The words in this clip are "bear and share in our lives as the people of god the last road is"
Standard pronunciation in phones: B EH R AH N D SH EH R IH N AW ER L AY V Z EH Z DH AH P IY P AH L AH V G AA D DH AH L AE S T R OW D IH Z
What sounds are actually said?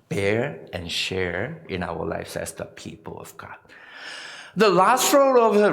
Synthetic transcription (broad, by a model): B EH R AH N SH EH R IH N AW ER L AY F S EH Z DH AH P IY P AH L AH V G AA D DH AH L AE S T R OW D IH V